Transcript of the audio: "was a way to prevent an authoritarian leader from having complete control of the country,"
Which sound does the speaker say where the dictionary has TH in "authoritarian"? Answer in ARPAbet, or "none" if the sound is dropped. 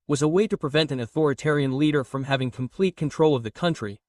TH